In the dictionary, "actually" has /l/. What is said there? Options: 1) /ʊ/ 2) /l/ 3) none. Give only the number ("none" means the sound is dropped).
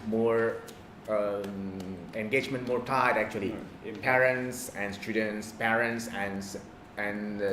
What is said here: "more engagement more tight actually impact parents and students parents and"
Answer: 3